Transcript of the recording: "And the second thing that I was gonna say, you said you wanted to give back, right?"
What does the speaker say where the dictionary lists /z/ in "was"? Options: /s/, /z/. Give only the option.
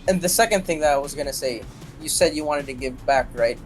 /z/